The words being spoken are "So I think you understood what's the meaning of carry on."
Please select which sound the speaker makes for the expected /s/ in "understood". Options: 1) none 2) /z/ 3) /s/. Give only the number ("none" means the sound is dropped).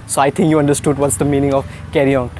3